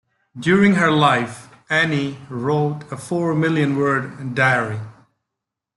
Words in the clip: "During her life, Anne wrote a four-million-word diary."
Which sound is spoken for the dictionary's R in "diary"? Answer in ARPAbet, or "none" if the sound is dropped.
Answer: R